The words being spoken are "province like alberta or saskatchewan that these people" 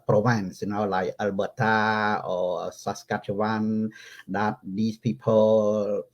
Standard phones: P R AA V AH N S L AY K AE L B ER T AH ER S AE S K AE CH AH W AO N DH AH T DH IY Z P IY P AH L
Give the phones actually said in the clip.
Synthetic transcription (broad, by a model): P R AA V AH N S L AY AE L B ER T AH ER S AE S K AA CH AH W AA N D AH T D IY S P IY P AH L